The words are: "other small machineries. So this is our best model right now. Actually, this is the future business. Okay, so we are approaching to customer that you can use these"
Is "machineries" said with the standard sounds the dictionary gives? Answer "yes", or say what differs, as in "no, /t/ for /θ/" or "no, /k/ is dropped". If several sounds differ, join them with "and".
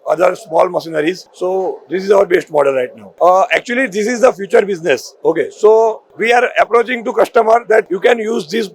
no, /s/ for /ʃ/